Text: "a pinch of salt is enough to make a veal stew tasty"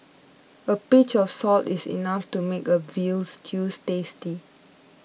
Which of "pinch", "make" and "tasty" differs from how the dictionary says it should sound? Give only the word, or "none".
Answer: pinch